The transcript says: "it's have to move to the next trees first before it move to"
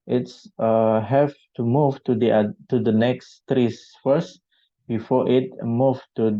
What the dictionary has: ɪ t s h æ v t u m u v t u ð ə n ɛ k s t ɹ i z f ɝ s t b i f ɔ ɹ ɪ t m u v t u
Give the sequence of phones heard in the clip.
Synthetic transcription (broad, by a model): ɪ t s h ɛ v t u m u v t u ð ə n ɛ k s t ɹ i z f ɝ s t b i f ɔ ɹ ɪ t m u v t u